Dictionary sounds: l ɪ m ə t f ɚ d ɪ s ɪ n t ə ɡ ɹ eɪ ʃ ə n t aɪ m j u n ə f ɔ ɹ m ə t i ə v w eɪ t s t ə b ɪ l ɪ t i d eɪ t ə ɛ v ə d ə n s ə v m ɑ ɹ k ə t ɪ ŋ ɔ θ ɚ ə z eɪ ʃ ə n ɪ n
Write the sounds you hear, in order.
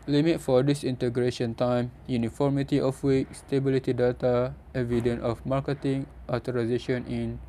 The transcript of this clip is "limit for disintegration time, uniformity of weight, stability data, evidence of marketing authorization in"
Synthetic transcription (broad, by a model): l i m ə t f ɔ d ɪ s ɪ n t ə ɡ ɹ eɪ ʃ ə n t aɪ m j u n ə f ɔ ɹ m ə t i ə f w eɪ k s t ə b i l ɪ t i d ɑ t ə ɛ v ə d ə n ə f m ɑ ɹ k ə t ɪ ŋ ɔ t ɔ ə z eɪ ʃ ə n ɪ n